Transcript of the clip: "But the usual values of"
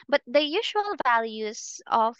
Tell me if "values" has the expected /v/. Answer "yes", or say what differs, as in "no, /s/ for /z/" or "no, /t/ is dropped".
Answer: yes